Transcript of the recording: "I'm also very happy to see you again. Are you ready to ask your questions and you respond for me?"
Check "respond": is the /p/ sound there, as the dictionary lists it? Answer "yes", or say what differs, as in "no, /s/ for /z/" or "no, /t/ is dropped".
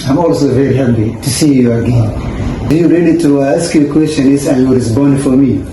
no, /b/ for /p/